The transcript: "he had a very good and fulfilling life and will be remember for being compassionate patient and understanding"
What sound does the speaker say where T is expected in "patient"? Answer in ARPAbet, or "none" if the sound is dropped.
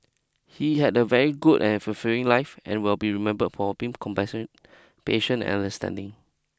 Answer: none